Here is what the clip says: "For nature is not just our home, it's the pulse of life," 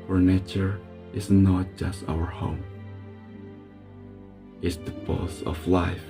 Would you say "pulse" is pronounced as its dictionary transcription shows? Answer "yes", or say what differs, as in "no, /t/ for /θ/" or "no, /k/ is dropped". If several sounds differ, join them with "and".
no, /l/ is dropped